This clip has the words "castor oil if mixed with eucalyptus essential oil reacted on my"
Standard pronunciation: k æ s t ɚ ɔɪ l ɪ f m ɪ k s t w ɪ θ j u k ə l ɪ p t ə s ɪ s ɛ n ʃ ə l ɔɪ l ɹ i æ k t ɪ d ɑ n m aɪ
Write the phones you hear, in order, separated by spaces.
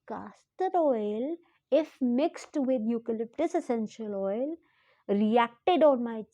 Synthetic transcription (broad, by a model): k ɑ s t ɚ ɔɪ l ɪ f m ɪ k s t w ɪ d j u k ə l ɪ p t ə s ɪ s ɛ n ʃ ə l ɔɪ l ɹ i æ k t ɪ d ɑ n m aɪ